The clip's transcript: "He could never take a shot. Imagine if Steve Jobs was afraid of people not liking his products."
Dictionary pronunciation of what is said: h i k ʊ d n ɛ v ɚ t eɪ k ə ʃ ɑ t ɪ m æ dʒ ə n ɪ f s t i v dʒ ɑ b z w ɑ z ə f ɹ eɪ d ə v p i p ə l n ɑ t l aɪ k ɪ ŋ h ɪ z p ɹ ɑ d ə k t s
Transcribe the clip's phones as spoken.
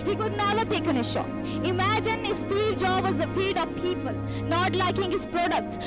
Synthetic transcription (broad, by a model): h i k ʊ d n ɛ v ɚ t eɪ k ə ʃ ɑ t ɪ m æ dʒ ə n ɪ s t i v dʒ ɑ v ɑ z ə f i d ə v p i p ə l n ɑ t l aɪ k ɪ ŋ h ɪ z p ɹ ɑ d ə k t s